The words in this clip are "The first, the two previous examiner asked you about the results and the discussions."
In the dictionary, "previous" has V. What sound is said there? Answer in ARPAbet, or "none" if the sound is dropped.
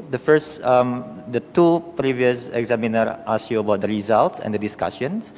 V